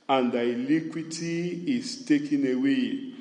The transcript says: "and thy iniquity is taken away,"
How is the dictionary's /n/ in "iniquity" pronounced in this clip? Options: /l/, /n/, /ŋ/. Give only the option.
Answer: /l/